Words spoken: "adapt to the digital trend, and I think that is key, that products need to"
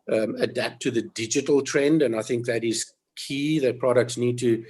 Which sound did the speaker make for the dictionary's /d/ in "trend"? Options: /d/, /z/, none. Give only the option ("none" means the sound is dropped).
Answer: /d/